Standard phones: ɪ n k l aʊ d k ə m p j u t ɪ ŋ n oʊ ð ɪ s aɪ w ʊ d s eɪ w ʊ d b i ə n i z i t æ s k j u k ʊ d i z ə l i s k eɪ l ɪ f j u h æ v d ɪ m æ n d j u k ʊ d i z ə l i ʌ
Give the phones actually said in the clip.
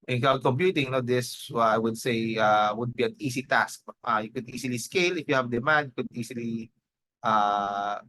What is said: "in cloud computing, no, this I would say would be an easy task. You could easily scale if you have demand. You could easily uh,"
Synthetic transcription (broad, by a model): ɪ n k aʊ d k ə m p j u t ɪ ŋ n oʊ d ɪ s aɪ w ʊ d s eɪ w ʊ d b i ə n i s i t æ s k j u k ʊ d i s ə l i s k eɪ l ɪ f j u h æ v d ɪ m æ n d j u k ʊ d i s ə l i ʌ